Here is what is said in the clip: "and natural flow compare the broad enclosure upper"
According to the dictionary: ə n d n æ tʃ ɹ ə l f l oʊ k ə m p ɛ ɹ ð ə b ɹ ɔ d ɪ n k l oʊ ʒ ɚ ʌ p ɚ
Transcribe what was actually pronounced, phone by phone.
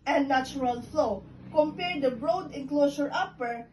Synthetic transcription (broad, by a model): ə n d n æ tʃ ɹ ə l f l oʊ k ə m p ɛ ɹ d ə b ɹ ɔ d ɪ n k l oʊ s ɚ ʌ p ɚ